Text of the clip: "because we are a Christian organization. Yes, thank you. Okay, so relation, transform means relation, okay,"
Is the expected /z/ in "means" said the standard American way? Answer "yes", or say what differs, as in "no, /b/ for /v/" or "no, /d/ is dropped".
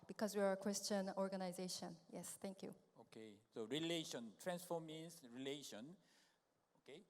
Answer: no, /s/ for /z/